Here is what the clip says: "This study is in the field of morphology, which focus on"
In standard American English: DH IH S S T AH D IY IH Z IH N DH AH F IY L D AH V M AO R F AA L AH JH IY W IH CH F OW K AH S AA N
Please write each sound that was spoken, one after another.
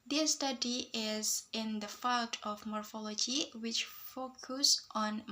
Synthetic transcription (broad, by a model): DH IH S S T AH D IY IH Z IH N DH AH F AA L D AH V M AO R F AA L AH JH IY W IH CH F OW K AH S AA N